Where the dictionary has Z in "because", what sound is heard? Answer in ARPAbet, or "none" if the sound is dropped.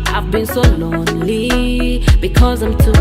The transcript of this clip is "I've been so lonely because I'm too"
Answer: Z